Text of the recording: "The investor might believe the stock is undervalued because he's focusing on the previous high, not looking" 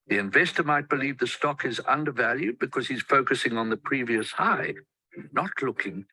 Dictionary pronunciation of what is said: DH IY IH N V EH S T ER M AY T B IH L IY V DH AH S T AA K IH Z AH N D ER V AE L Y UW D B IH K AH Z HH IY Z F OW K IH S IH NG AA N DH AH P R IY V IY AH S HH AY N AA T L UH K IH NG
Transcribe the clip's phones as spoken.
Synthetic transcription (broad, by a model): DH IY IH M V EH S T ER M AY T B IH L IY V DH AH S T AA K IH Z AH N D ER V AE L Y UW D B IH K AH Z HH IY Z F OW K IH S IH NG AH N DH AH P R IY V IY AH S HH AY N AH T L UH K IH NG